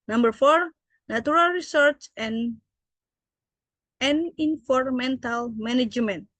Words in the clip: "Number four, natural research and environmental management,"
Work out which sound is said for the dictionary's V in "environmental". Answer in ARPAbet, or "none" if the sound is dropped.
F